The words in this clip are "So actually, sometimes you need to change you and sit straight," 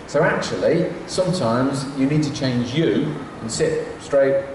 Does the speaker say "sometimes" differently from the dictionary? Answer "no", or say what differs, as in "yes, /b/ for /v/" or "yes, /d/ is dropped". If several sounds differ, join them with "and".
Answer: no